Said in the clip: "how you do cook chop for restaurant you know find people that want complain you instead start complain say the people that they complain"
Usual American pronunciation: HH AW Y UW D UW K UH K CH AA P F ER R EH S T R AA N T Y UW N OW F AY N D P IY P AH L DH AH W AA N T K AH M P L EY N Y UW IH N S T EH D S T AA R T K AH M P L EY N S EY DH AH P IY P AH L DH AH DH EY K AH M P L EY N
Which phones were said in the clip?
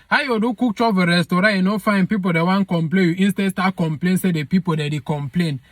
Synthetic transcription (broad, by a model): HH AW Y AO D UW K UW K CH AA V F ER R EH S T AO T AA N OW F AY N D P IY P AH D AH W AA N K AH M P L EY N Y UW IH N S T EH D S T AA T K AH M P L EY N S EY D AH P IY P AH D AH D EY K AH M P L EY N